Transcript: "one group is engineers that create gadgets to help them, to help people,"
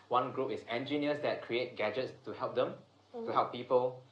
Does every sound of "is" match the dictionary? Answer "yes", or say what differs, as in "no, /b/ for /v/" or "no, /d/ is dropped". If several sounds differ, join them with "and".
no, /s/ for /z/